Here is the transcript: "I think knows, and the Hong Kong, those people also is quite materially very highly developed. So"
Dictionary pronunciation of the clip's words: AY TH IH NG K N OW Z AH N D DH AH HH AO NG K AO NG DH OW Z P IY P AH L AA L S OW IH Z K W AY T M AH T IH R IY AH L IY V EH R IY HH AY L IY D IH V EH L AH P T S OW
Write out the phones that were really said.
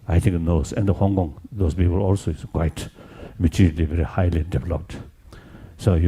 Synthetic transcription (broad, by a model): AY T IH NG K N OW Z AH N D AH HH AO NG K AO NG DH OW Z P IY P AH L AA L S OW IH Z K W AY T M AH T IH R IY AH L IY V EH R IY HH AY L IY D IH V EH L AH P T S OW